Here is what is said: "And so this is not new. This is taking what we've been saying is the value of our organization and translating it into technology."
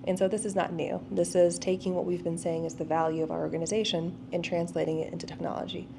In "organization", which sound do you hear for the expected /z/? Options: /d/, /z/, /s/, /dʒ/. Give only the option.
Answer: /z/